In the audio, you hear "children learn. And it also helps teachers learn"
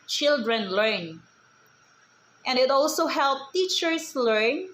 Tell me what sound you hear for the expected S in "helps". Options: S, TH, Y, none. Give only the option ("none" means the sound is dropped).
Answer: none